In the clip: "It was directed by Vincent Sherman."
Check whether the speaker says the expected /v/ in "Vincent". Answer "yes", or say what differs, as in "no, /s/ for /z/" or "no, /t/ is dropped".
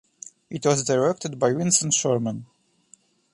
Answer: no, /w/ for /v/